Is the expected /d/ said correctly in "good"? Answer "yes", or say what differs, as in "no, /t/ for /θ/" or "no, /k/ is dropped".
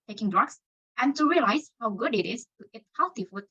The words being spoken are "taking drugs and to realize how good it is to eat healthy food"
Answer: yes